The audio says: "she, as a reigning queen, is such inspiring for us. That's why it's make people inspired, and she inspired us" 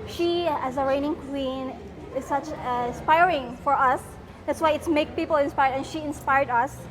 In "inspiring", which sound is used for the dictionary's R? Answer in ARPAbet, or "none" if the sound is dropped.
R